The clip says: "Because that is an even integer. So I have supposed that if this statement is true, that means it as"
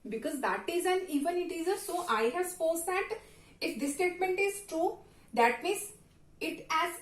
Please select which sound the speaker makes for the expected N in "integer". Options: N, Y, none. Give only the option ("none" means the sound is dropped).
none